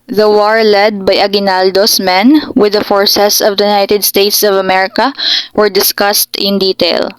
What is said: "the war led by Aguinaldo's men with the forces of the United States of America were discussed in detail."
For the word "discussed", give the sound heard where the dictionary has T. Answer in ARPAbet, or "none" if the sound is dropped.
T